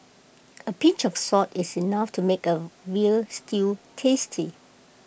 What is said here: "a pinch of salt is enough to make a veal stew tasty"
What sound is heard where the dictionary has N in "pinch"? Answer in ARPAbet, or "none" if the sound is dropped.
none